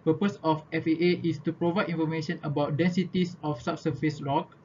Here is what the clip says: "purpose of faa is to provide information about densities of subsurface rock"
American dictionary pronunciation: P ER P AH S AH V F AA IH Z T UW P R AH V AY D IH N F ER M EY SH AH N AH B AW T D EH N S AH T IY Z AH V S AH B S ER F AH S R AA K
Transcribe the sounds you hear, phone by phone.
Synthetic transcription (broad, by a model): P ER P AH S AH F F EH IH S T UW P R AH V AY D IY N F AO M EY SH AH N AH B AW T D EH N S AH T IY S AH F S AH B S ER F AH S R AA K